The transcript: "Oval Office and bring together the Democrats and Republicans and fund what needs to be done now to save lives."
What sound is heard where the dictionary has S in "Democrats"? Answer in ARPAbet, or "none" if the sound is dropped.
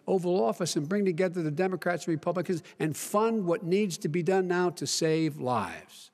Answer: S